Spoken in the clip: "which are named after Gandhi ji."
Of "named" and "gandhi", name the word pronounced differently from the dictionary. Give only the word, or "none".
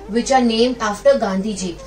named